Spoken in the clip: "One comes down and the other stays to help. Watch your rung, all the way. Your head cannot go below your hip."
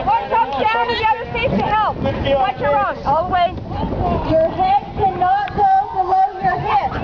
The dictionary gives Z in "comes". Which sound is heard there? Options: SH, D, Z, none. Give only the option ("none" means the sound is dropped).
none